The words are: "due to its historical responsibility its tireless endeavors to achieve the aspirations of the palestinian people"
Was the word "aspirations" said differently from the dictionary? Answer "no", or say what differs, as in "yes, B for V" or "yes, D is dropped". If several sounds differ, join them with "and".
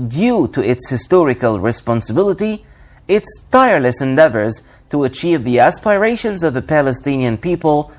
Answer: no